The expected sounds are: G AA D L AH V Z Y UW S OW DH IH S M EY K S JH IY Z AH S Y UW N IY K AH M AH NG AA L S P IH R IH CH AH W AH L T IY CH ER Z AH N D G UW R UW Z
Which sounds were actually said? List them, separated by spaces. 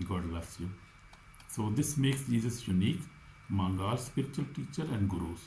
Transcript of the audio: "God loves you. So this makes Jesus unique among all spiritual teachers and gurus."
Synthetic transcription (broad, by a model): G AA D L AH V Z Y UW S OW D IH S M EY K S JH IY Z AH S Y UW N IY K M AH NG AA L S P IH R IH CH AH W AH L T IY CH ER AH N D G R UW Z